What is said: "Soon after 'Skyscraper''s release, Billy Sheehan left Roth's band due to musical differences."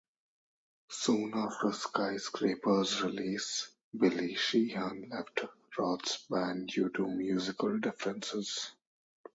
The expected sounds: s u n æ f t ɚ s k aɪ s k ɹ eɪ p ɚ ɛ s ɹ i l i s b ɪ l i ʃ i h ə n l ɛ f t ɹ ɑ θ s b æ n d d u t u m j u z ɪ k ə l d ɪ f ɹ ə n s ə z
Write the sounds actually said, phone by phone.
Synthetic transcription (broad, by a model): s u n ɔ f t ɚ s k aɪ s k ɹ eɪ p ɚ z ɹ i l i s b ɪ l i ʃ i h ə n l ɛ f t ɹ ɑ t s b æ n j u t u m j u z ɪ k ə l d ɪ f ɹ ə n s ə z